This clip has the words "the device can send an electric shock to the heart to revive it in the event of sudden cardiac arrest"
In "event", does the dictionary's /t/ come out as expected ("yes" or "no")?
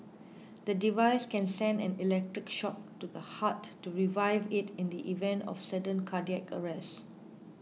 yes